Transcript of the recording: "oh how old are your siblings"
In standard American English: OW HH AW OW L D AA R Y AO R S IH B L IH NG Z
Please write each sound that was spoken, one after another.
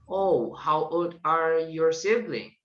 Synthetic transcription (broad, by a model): OW HH AW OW D AA R Y AO R S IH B L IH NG